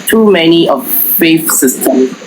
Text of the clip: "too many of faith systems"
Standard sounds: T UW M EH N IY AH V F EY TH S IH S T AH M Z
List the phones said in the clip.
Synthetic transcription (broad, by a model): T UW M EH N IY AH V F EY F S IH S T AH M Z